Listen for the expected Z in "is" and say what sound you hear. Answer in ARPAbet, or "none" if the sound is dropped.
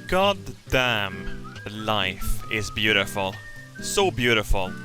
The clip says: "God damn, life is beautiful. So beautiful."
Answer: Z